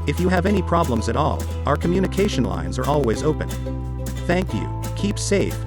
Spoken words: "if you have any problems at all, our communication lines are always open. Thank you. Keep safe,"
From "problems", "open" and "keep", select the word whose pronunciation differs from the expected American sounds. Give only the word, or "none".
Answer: none